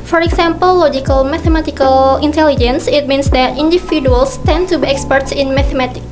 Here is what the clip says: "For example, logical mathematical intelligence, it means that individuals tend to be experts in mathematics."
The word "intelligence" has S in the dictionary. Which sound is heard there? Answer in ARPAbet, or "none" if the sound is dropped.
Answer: S